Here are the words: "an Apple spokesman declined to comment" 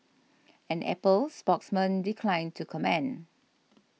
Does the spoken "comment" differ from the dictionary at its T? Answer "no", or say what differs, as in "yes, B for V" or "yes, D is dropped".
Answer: yes, T is dropped